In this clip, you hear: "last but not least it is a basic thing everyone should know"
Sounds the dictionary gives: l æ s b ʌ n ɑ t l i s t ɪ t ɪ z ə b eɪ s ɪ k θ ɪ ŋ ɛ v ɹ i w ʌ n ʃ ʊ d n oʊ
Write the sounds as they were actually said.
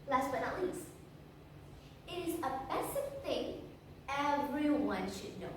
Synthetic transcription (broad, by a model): l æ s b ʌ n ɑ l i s ɪ t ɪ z ə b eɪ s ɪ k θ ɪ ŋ ɛ v ɹ i w ʌ n ʃ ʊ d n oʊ